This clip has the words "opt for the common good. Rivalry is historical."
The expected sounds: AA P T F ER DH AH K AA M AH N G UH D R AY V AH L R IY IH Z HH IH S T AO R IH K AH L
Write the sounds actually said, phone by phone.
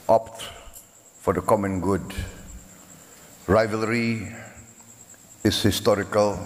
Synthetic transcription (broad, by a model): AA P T F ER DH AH K AA M AH N G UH D R AY V AH L R IY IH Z HH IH S T AO R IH K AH L